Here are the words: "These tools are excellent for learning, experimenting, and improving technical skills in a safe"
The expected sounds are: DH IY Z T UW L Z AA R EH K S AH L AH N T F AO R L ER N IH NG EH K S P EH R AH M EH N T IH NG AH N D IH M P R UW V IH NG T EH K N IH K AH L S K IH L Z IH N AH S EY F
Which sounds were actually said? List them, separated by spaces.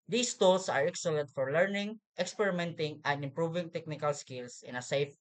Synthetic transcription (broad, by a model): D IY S T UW L S AA R EH K S AH L AH N T F AO R L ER N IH NG EH K S P EH R AH M EH N T IH NG AH N D IH M P R UW V IH NG T EH K N IH K AH L S K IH L S IH N AH S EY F